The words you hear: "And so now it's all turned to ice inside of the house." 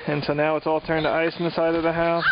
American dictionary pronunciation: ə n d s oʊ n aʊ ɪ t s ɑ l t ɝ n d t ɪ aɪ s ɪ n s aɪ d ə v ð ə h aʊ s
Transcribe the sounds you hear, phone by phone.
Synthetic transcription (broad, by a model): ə n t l n aʊ ɪ t s ɑ l t ɝ n t ɪ aɪ s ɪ s aɪ d ə v ð ə h aʊ s